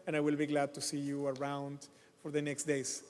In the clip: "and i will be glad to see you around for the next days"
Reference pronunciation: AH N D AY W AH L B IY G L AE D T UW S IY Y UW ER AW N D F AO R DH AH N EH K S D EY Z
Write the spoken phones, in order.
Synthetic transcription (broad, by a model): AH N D AY W AH L B IY G L AE D T UW S IY Y UW ER AW N D F AO R DH AH N EH K S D EY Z